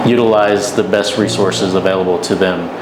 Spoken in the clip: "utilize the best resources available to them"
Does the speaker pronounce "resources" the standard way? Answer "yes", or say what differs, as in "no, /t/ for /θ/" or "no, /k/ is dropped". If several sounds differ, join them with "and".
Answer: yes